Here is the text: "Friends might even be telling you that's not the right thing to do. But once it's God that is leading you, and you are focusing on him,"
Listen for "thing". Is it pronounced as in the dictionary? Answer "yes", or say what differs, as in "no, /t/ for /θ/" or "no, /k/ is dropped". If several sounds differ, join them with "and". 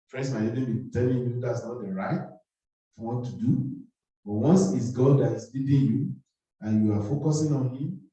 no, /f/ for /θ/